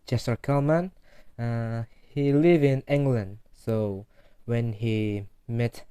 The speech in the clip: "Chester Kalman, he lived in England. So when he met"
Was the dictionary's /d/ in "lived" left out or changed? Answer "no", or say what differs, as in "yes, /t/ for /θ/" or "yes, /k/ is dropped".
yes, /d/ is dropped